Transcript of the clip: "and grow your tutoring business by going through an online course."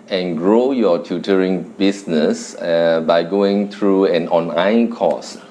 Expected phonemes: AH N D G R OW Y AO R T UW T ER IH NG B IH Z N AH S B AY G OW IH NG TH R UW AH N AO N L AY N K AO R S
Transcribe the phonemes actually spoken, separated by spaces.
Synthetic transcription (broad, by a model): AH N G R OW Y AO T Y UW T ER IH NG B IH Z N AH S B AY G OW IH NG T R UW AH N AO N AY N K AO S